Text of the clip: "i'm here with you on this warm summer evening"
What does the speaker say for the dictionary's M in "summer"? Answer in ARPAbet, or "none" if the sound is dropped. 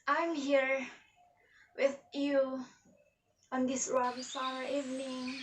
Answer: none